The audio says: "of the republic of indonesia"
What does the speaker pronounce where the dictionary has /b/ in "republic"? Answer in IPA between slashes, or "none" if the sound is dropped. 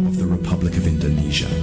/b/